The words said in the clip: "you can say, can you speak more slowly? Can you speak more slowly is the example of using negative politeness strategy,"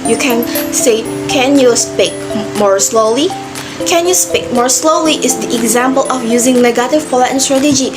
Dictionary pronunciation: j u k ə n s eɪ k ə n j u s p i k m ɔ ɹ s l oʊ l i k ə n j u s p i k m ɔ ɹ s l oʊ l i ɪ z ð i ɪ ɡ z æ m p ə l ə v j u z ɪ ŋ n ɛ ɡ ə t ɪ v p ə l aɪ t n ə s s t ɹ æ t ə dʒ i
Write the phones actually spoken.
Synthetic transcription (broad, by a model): j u k ə n s eɪ k ə n j u s p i k m ɔ ɹ s l oʊ l i k ə n j u s p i k m ɔ ɹ s l oʊ l i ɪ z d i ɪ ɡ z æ m p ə l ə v j u z ɪ ŋ n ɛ ɡ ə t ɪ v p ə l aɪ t ə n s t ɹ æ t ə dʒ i